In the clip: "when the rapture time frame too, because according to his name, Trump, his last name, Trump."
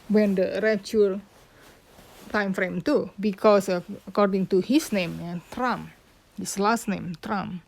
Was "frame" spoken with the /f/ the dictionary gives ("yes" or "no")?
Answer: yes